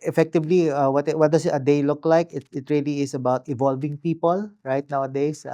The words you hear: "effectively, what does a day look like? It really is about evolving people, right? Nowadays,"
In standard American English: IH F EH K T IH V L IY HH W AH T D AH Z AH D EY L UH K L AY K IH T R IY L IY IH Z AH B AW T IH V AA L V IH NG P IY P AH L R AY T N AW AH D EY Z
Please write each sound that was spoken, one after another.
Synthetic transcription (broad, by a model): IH F EH K T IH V L IY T W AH T D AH S AH D EY L UH K L AY K IH T R IY L IY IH S AH B AW T IH V AA L V IH NG P IY P AH L R AY T N AW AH D EY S